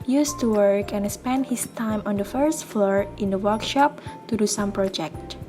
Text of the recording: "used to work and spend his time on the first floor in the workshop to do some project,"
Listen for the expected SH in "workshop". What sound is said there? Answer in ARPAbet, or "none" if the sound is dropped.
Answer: SH